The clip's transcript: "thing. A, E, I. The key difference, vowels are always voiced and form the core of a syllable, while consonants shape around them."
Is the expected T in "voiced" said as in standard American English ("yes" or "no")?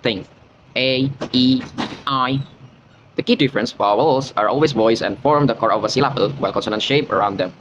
no